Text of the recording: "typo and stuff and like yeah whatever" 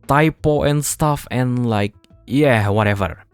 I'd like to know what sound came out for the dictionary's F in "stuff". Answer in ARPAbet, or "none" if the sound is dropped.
F